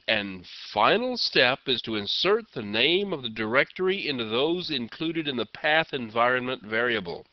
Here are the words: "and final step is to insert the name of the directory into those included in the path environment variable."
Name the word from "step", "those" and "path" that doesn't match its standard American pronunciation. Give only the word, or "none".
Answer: none